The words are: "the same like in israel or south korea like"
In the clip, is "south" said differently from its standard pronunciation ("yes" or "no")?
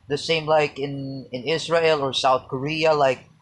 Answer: no